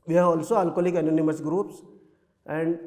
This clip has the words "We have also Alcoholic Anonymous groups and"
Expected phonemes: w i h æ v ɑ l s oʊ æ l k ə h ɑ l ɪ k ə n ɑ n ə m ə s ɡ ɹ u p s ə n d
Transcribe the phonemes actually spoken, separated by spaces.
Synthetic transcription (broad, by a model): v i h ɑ ɑ l s oʊ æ l k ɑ l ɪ k ə n ɑ n ə m ə s ɡ ɹ u p s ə n d